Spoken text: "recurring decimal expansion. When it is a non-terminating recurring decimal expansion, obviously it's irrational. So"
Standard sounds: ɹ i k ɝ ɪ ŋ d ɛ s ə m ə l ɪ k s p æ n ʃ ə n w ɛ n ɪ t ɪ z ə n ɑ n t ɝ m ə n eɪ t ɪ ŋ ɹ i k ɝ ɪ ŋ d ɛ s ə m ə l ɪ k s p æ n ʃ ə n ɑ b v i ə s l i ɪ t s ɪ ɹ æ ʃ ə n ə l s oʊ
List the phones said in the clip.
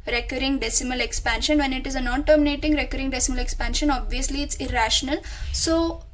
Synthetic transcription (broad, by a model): ɹ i k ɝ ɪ ŋ d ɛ s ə m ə l ɪ k s p æ n ʃ ə n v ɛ n ɪ t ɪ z ə n ɑ n t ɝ m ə n eɪ t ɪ ŋ ɹ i k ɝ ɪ ŋ d ɛ s ə m ə l ɪ k s p æ n ʃ ə n ɑ b v i ə s l i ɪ t s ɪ ɹ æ ʃ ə n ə l s oʊ